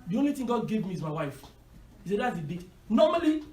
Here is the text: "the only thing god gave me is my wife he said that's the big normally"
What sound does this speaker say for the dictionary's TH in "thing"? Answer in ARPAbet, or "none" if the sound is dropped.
T